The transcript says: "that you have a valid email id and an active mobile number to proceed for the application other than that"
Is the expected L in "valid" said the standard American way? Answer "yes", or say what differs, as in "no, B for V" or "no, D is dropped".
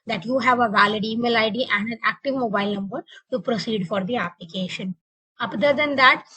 yes